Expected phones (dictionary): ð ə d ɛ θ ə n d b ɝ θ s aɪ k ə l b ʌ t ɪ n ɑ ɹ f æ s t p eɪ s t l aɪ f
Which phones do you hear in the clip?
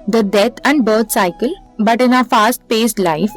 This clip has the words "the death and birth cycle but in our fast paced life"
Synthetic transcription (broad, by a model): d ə d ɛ t ə n d b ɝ t s aɪ k ə l b ʌ t ɪ n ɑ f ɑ s t p eɪ s t l aɪ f